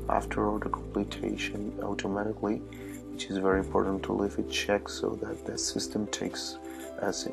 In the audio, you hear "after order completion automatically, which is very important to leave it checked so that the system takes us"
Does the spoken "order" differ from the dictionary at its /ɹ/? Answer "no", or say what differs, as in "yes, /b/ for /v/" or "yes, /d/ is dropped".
yes, /l/ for /ɹ/